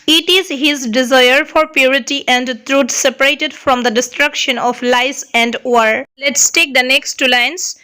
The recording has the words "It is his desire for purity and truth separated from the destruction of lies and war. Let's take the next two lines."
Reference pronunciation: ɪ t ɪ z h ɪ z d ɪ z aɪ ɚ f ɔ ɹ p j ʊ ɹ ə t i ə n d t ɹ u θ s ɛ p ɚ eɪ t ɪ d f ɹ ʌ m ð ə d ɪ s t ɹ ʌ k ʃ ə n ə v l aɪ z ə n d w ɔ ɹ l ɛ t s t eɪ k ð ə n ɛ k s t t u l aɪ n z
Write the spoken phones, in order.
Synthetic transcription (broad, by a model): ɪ t ɪ z h ɪ z d ɪ z aɪ ɚ f ɔ ɹ p j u ɹ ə t i ə n d t ɹ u t s ɛ p ɚ eɪ t ɪ d f ɹ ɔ m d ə d ɪ s t ɹ ʌ k ʃ ə n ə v l aɪ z ə n d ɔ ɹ l ɛ t s t eɪ k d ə n ɛ k s t t u l aɪ n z